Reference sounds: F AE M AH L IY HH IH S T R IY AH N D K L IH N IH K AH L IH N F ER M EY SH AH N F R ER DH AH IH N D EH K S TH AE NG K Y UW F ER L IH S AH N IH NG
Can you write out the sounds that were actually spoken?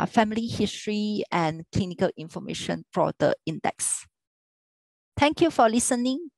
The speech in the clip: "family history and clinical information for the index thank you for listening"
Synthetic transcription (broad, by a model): F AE M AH L IY HH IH S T R IY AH N K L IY N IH K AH L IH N F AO M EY SH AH N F R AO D AH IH N D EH K S T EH NG K Y UW F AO L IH S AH N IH NG